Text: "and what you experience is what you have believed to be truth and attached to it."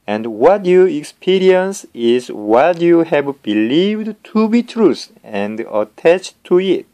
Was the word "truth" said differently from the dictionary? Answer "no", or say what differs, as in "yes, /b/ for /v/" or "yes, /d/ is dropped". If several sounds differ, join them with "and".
yes, /s/ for /θ/